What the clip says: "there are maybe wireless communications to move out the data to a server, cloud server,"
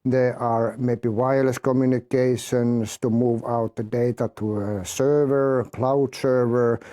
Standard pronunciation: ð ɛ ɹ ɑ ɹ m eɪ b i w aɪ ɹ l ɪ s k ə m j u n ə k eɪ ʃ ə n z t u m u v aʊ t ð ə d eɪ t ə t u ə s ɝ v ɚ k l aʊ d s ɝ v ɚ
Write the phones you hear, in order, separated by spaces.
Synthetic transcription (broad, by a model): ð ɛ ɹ ɑ ɹ m eɪ b i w aɪ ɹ l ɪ s k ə m j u n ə k eɪ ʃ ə n s t u m u v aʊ t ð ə d eɪ t ə t u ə s ɝ v ɚ k l aʊ d s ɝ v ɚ